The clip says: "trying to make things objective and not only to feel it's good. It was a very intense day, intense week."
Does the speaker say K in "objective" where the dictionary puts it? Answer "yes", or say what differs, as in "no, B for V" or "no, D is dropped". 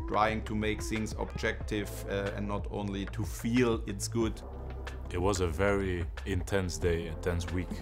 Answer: yes